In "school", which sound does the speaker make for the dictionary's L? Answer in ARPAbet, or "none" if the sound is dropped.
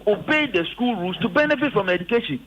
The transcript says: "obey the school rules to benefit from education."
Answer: L